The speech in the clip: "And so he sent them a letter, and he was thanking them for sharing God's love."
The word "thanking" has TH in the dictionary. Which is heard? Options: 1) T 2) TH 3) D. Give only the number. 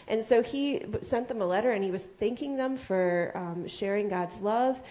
2